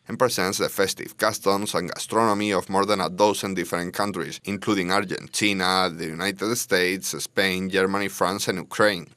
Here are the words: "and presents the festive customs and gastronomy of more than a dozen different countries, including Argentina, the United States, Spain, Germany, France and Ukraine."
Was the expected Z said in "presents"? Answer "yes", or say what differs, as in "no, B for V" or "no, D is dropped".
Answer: no, S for Z